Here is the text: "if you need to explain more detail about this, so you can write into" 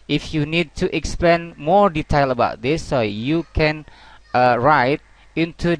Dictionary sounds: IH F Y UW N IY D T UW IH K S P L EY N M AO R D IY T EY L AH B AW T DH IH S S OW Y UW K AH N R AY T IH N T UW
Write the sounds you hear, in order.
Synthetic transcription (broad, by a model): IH F Y UW N IY D T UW IH K S P L EY N M AO R D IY T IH L AH B AW T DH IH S S OW Y UW K AH N R AY T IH N T UW